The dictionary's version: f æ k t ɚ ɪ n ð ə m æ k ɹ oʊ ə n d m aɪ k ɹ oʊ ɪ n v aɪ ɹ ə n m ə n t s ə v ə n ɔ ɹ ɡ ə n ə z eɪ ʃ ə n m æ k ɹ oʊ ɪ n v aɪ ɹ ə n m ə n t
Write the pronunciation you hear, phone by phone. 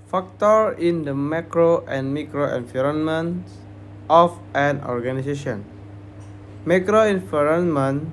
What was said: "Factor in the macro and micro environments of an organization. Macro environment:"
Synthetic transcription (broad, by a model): f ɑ k t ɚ ɪ n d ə m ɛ k ɹ oʊ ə n m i k ɹ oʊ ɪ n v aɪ ɹ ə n m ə n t ə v ə n ɔ ɹ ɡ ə n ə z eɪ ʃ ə n m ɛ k ɹ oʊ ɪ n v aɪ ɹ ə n m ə n